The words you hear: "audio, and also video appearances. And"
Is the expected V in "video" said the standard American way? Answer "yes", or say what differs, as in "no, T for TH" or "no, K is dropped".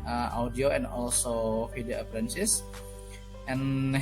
no, F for V